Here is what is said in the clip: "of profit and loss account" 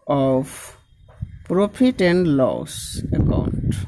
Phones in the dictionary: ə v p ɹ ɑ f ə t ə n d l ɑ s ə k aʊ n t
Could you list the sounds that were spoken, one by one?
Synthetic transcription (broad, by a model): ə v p ɹ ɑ p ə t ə n l ɑ s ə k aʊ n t